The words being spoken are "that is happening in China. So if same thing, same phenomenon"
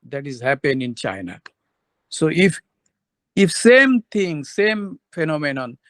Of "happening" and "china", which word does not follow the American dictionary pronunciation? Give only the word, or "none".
happening